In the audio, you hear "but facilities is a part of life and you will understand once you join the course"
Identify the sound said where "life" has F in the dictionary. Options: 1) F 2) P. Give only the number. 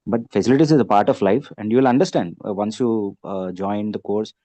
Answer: 1